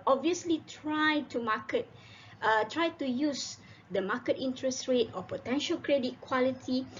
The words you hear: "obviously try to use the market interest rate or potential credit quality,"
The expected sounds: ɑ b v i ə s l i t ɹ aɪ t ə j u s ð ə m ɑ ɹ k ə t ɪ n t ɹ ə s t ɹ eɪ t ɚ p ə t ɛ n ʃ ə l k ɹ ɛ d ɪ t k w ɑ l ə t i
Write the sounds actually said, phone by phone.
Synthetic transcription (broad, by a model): ɑ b v i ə s l i t ɹ aɪ t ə j u s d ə m ɑ k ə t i n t ɹ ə s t ɹ eɪ t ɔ p ə t ɛ n ʃ ə l k ɹ ɛ d ɪ t k w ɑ l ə t i